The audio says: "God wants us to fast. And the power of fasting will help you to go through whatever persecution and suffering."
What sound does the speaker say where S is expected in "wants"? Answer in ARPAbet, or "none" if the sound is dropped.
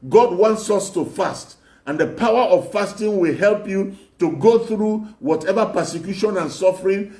S